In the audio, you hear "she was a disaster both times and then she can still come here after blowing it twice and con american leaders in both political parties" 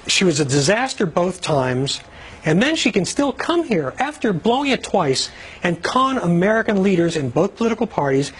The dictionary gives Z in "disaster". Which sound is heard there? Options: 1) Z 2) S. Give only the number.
1